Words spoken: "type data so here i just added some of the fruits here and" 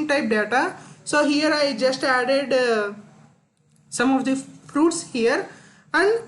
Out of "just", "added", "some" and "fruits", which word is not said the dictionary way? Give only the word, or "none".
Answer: none